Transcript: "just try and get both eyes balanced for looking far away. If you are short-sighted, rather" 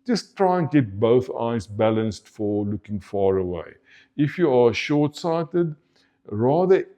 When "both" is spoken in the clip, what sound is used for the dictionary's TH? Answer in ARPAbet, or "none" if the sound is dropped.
TH